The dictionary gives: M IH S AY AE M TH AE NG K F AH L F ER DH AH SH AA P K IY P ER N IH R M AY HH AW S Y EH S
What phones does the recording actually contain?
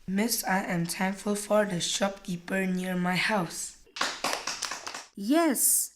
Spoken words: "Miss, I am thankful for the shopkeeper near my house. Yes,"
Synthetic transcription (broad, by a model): M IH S AY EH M T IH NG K F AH L F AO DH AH SH AA P K IY P ER N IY R M AY HH AW S Y EH S